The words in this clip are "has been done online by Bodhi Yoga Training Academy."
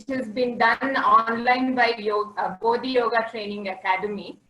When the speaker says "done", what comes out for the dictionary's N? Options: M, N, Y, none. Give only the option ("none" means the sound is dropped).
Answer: N